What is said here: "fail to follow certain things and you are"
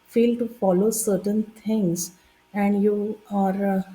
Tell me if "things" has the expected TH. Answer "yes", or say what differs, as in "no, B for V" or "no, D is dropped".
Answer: no, T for TH